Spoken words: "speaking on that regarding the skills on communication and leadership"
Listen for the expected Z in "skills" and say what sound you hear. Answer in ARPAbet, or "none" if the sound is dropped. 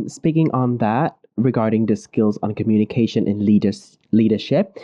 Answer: Z